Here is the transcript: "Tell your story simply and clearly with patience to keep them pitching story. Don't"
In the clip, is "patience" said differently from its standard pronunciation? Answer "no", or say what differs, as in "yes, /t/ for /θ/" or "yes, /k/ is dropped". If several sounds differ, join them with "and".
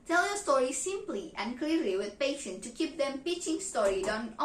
yes, /s/ is dropped